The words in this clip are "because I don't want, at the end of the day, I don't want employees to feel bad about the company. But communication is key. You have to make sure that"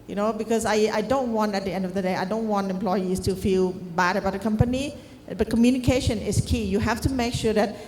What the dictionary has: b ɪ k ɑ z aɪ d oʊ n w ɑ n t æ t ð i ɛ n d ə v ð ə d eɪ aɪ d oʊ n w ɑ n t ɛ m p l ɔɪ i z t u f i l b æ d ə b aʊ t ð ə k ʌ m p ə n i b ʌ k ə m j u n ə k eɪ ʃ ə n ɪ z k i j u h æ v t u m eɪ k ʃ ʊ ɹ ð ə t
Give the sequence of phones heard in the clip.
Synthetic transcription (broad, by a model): b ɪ k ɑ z aɪ d oʊ n w ɑ n t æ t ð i ɛ n d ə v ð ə d eɪ aɪ d oʊ n w ɑ n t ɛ m p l ɔɪ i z t u f i l b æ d ə b aʊ t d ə k ʌ m p ə n i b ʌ k ə m j u n ə k eɪ ʃ ə n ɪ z k i j u h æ f t u m eɪ k ʃ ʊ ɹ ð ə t